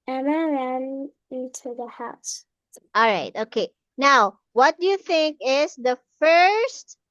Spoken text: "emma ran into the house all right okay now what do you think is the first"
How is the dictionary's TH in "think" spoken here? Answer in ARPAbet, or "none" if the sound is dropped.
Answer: TH